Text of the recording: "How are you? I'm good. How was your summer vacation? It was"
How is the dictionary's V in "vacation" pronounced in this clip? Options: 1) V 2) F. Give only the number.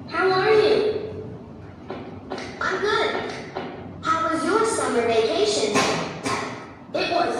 1